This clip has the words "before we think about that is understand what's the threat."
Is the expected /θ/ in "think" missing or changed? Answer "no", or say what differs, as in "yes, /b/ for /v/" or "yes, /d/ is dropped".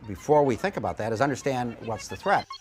no